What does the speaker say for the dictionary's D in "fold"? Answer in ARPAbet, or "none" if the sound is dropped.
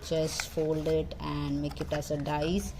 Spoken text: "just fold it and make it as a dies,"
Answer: D